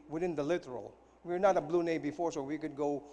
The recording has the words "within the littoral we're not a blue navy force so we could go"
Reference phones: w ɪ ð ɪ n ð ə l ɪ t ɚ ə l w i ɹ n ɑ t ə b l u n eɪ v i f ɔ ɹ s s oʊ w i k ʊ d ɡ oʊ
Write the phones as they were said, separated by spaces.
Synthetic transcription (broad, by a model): w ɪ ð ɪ n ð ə l ɪ t ɚ ə l w i ɹ n ɑ t ə b l u n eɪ b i f ɔ ɹ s s oʊ w i k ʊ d ɡ oʊ